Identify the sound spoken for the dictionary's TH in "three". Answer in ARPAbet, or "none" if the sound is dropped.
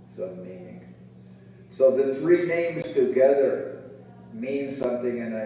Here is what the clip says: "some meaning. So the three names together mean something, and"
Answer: TH